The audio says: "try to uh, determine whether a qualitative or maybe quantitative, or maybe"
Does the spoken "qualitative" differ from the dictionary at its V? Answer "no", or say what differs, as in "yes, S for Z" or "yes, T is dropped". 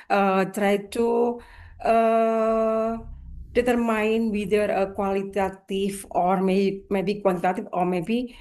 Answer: yes, F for V